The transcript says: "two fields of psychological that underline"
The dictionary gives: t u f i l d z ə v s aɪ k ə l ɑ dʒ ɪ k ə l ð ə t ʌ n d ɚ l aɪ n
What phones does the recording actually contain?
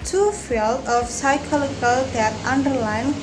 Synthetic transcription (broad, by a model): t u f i l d ə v s aɪ k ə l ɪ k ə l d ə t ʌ n d ɚ l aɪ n